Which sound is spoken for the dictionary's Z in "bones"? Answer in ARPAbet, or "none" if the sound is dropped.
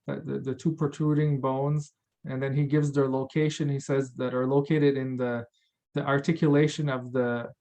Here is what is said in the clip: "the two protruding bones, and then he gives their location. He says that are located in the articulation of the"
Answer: Z